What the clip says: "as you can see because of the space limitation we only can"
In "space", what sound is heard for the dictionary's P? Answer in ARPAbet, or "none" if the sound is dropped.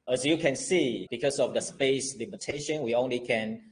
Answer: P